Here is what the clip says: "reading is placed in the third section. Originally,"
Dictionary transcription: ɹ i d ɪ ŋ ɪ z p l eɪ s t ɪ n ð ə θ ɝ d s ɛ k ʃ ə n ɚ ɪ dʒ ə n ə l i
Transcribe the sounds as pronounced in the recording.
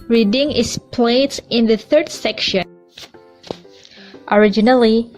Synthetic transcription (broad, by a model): ɹ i d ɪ ŋ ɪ s p l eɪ t ɪ n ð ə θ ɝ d s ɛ k ʃ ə n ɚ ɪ dʒ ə n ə l i